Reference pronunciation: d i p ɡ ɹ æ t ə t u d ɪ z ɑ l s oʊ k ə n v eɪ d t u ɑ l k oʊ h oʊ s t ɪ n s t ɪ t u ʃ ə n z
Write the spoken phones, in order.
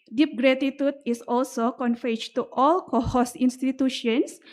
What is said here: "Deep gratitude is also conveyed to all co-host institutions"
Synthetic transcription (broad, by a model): d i p ɡ ɹ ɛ t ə t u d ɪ s ɑ l s oʊ k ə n f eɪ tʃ t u ɑ l k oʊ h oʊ s ɪ n s t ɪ t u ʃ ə n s